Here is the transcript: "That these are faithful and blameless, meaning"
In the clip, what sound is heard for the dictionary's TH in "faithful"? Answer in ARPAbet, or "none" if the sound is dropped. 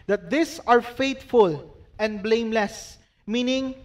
T